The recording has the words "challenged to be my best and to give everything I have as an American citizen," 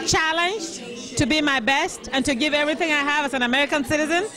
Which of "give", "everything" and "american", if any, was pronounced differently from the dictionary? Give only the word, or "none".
none